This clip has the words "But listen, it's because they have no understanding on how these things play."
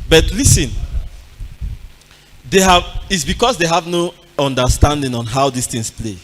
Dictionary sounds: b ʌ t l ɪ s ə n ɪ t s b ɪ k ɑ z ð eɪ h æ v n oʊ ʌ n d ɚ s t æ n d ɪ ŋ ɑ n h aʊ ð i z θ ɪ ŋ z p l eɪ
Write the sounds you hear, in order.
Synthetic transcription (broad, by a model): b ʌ t l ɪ s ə n ɪ t s b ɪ k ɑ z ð eɪ h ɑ v n oʊ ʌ n d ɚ s t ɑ n d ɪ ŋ ɑ n h aʊ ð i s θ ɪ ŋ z p l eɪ